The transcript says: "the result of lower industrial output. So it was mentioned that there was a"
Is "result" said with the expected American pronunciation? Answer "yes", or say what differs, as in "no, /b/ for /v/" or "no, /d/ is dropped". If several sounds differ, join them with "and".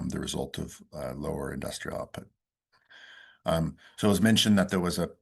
yes